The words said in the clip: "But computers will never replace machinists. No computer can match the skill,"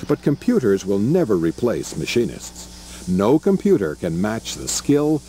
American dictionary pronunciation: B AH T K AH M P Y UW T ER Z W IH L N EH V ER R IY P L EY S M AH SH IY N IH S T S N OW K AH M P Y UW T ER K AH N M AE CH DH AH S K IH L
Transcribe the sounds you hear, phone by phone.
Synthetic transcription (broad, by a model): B AH T K AH M P Y UW T ER Z W IH L N EH V ER R IY P L EY S M AH SH IY N IH S T S N OW K AH M P Y UW T ER K AH N M AE CH DH AH S K IH L